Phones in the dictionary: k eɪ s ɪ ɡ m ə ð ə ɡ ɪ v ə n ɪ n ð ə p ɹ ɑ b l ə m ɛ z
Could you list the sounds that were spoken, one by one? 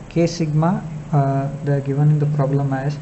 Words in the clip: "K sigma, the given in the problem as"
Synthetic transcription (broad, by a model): k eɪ s ɪ ɡ m ə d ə ɡ ɪ v ə n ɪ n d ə p ɹ ɑ b l ə m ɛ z